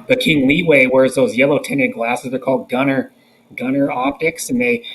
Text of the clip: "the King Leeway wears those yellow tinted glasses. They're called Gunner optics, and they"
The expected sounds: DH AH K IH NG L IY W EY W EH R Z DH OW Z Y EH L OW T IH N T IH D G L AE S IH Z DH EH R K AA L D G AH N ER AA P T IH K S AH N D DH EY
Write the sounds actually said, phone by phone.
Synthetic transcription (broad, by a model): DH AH K IH NG L IY W EY W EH R Z DH OW Z Y EH L OW T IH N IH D G L AE S IH Z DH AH R K AA L D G AH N ER AA P T IH K S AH N DH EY